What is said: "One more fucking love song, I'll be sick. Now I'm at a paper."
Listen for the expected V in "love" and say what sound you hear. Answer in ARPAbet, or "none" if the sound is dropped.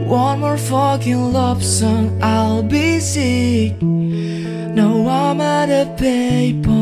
P